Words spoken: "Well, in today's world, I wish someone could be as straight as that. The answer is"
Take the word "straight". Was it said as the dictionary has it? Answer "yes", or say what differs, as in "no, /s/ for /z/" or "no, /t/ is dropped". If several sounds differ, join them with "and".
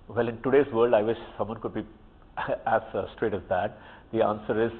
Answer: yes